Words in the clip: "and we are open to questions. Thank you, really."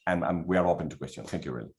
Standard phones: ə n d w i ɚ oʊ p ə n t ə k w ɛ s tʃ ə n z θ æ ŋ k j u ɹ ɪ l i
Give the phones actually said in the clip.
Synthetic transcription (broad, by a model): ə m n w i ɚ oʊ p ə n t ə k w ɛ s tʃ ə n θ æ ŋ k j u ɹ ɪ l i